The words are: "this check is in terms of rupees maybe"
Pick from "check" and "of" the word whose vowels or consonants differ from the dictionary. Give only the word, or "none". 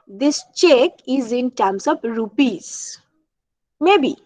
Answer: of